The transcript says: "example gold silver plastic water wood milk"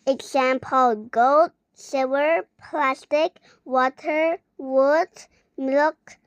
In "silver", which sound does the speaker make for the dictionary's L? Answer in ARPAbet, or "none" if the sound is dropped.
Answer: none